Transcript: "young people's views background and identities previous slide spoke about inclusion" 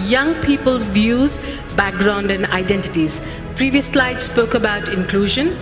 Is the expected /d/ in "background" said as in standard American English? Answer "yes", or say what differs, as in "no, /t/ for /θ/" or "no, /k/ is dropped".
yes